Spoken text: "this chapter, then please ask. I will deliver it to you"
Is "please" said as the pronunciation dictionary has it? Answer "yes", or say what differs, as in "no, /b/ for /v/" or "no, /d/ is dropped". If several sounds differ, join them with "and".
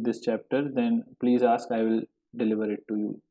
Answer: yes